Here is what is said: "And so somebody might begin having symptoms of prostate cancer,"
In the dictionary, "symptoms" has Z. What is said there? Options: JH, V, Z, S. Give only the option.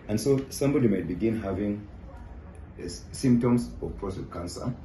S